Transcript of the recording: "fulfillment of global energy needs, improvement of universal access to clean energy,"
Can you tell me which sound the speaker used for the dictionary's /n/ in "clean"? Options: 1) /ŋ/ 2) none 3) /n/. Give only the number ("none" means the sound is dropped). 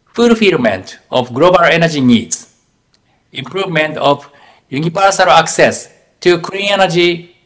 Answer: 2